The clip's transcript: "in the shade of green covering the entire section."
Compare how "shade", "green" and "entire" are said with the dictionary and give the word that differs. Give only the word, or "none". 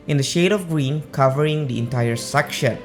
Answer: none